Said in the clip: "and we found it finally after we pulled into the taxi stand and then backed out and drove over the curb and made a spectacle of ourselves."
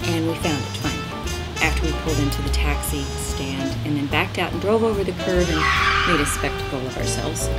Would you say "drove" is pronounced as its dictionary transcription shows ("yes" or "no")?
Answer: yes